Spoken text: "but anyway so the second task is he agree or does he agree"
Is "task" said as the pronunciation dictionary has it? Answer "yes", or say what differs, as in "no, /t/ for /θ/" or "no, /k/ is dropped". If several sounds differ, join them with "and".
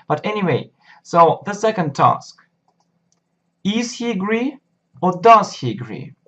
yes